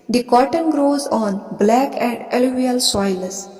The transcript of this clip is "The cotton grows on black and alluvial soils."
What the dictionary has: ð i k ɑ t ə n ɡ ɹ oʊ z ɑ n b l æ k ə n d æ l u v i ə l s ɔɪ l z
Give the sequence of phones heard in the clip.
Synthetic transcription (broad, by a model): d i k ɑ t ə n ɡ ɹ oʊ z ɑ n b l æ k ə n d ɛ l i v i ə l s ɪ l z